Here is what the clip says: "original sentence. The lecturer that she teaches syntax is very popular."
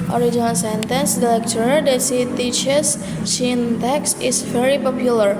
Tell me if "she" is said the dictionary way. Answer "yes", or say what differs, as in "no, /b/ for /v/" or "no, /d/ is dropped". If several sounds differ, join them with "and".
no, /s/ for /ʃ/